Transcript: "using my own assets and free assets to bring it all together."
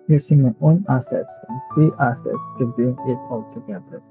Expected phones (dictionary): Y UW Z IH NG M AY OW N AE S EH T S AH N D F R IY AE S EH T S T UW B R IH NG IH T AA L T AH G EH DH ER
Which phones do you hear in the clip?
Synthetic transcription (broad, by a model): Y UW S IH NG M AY OW N AE S EH T S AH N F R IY AE S EH T S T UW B IH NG IH T AA L T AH G EH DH ER